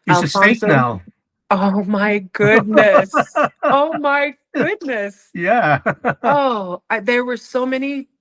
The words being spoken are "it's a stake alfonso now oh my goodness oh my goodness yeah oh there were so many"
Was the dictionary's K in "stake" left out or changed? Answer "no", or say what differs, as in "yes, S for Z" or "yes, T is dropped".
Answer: yes, K is dropped